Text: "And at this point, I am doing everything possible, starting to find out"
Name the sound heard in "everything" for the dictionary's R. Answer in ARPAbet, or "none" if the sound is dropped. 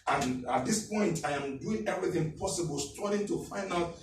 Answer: R